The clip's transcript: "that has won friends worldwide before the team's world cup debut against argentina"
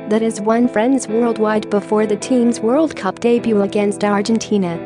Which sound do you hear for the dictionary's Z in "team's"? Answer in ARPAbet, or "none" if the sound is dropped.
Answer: Z